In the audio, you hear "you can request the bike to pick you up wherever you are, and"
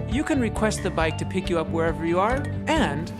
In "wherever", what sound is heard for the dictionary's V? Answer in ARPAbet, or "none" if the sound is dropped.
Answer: V